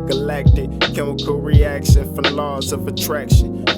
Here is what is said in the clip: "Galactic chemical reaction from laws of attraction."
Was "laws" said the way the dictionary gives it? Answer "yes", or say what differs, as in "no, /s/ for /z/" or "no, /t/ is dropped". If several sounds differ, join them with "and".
yes